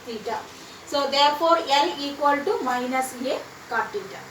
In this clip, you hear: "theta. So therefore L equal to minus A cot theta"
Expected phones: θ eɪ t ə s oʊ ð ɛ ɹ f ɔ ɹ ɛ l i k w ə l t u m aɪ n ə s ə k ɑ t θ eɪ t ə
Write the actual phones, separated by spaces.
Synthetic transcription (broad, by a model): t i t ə s oʊ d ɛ ɹ p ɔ ɹ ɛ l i k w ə l t u m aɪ n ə s ə k ɑ t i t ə